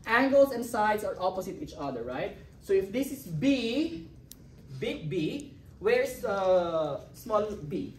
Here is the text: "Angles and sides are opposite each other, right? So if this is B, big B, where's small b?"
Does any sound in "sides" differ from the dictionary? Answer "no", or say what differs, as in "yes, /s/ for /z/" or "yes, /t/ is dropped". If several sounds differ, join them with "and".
yes, /s/ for /z/